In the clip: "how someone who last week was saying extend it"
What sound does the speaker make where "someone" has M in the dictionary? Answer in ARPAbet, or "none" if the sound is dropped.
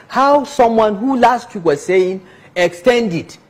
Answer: M